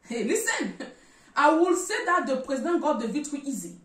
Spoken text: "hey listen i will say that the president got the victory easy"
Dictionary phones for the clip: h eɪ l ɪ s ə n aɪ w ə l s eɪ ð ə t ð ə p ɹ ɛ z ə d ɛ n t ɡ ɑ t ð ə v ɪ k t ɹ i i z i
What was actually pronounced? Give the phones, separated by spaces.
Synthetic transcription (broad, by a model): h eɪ l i s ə n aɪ w ə l s eɪ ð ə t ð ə p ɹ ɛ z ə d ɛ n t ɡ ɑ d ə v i t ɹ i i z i